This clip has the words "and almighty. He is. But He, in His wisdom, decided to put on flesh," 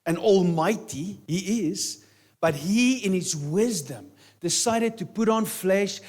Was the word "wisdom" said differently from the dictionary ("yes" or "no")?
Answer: no